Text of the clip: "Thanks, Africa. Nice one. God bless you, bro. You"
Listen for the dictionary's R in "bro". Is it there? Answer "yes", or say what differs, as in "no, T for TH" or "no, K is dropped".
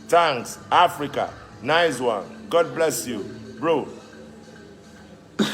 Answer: yes